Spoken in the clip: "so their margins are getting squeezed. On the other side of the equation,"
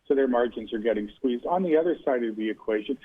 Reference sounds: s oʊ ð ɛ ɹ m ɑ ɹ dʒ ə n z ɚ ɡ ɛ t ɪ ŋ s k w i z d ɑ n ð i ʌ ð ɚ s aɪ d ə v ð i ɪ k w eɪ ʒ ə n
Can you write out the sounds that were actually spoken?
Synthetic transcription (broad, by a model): s oʊ ð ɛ ɹ m ɑ ɹ dʒ ə n z ɚ ɡ ɛ t ɪ ŋ s k w i z d n ð i ʌ ð ɚ s aɪ d ə v ð i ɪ k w eɪ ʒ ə n